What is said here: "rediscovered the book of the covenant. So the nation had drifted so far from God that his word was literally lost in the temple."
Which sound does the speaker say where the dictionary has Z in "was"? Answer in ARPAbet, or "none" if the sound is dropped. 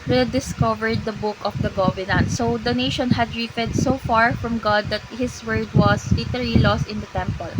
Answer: S